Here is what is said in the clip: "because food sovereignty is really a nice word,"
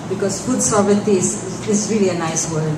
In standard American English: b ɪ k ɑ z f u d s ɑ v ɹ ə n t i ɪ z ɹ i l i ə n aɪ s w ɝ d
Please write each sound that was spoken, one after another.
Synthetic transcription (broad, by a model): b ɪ k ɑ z f u d s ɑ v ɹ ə t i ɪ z ɹ i l i ə n aɪ s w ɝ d